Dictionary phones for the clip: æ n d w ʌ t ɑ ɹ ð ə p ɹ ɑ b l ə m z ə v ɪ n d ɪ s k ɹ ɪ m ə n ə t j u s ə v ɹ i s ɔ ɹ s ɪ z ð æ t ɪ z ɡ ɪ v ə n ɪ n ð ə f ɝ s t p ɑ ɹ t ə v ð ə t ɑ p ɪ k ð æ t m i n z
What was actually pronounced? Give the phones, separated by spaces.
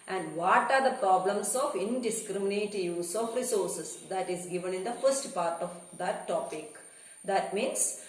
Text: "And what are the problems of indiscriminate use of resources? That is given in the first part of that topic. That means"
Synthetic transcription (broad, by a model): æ n d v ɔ t ɑ ɹ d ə p ɹ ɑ b l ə m s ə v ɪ n d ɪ s k ɹ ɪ m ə n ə t j u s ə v ɹ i s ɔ ɹ s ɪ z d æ t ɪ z ɡ ɪ v ə n ɪ n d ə f ɝ s t p ɑ ɹ t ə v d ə t ɑ p ɪ k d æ t m i n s